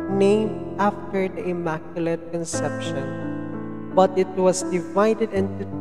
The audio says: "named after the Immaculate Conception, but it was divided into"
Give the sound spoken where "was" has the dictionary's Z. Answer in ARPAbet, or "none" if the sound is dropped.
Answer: S